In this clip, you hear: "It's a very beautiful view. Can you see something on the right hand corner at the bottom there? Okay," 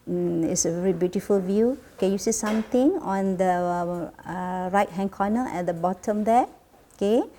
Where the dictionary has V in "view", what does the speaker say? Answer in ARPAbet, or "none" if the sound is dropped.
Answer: V